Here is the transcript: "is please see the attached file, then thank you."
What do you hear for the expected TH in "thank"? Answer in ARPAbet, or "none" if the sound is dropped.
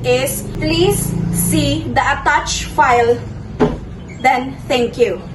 T